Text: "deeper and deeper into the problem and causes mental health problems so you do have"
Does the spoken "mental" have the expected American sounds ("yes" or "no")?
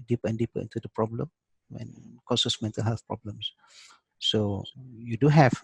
yes